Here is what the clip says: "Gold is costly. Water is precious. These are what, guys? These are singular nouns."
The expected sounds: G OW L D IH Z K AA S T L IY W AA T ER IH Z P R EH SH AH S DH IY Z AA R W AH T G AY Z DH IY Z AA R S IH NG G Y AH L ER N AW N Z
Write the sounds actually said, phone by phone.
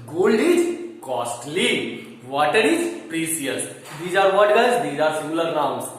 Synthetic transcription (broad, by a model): G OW L D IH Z K AA S T L IY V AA T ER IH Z P R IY S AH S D IY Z AA R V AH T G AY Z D IY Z AA R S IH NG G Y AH L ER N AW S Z